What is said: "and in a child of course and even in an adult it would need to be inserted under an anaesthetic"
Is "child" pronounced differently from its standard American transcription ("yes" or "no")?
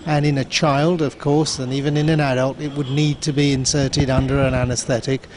no